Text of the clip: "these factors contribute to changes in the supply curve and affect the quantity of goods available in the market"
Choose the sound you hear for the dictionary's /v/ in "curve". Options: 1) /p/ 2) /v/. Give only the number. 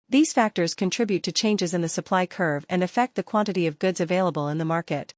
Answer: 2